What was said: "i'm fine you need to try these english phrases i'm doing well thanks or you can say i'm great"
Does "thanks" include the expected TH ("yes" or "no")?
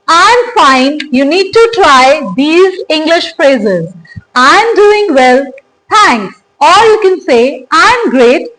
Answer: no